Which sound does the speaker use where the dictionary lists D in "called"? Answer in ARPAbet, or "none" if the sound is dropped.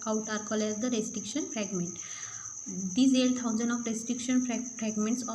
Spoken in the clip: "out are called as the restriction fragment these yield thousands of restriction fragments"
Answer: none